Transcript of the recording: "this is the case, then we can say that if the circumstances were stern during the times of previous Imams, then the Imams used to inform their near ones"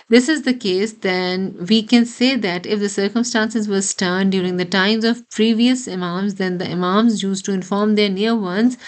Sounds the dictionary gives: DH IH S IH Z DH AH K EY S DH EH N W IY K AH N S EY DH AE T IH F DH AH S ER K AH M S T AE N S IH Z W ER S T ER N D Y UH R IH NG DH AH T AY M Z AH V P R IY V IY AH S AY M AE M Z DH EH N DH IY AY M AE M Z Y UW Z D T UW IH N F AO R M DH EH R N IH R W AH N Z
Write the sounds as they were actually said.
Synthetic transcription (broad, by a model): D IH S IH Z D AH K EY S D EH N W IY K AH N S EY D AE T IH F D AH S ER K AH M S T AE N S IH Z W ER S T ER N D Y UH R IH NG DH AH T AY M Z AH V P R IY V IY AH S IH M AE M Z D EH N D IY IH M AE M Z Y UW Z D T UW IH N F AO R M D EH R N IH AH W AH N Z